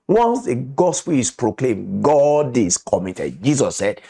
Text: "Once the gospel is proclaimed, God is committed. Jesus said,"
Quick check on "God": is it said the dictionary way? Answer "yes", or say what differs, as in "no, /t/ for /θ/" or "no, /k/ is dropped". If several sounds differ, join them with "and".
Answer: yes